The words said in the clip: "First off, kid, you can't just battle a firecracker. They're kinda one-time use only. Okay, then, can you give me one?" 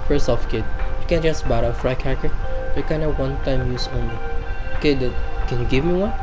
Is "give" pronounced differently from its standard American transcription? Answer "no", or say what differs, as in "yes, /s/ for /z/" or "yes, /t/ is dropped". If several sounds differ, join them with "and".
no